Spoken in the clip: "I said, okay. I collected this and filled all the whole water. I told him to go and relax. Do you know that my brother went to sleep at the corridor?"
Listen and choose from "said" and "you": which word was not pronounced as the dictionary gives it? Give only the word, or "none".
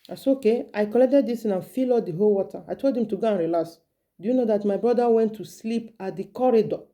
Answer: said